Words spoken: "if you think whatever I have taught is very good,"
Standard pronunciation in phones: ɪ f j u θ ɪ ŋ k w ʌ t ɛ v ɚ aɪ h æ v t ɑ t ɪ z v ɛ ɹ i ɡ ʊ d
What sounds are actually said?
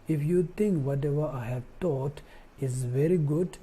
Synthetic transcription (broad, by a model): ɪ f j u t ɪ ŋ k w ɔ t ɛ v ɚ aɪ h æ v t ɑ t ɪ z v ɛ ɹ i ɡ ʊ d